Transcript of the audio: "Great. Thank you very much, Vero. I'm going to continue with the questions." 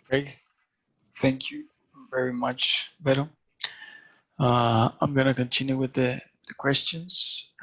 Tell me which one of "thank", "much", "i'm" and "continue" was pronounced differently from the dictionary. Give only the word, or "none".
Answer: none